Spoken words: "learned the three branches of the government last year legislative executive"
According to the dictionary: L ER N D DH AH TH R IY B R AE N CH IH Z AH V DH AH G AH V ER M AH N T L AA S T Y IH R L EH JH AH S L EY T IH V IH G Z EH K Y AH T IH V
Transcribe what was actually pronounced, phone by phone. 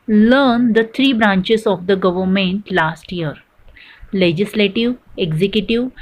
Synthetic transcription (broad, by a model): L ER N D AH T R IY B R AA N CH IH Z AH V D AH G AH V ER M AH N T L AA S T Y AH R L EH JH AH S L EY T IH V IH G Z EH K Y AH T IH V